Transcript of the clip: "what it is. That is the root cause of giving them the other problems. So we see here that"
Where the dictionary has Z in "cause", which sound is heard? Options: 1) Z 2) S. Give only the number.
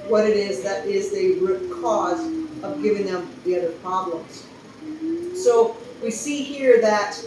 1